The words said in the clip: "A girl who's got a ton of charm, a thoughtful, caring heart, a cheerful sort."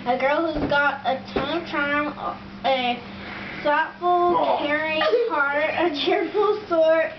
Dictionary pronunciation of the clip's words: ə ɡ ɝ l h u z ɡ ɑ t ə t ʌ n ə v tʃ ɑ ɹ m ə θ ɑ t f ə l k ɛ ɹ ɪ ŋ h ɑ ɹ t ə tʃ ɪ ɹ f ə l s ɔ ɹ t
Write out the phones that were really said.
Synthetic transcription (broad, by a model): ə ɡ ɝ l h u z ɡ ɑ t ə t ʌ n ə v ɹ ɑ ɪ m ə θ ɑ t f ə l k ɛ ɹ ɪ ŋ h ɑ ɹ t ə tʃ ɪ ɹ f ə l s ɔ ɹ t